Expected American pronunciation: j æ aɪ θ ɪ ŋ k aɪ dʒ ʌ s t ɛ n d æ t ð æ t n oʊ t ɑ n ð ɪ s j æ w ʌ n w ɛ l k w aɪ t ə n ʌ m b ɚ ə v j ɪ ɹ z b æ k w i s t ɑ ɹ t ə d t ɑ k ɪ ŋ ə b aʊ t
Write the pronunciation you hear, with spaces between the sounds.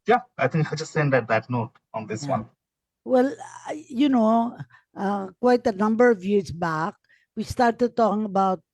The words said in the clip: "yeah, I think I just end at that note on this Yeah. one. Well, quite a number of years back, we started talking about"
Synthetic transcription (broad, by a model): j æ aɪ t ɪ ŋ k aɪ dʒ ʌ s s ɛ n d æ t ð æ t n oʊ t ɑ n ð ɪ s w ʌ n w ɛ l k w aɪ t ə n ʌ m b ɚ ə v j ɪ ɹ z b æ k w i s t ɑ ɹ t ə d t ɑ k ɪ ŋ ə b aʊ t